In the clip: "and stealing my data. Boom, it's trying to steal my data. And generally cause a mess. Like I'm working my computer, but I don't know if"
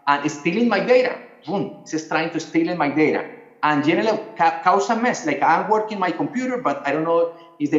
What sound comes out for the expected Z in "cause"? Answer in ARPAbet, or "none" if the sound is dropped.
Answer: S